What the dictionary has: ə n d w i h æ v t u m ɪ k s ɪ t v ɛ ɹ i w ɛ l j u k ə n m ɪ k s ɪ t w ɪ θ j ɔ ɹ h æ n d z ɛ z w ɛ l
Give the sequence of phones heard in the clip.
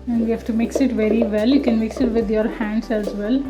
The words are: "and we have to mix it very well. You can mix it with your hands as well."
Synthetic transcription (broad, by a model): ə n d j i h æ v t u m ɪ k s ɪ t v ɛ ɹ i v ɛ l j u k ə n m ɪ k s ɪ t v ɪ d j ɔ ɹ h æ n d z ɛ z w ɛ l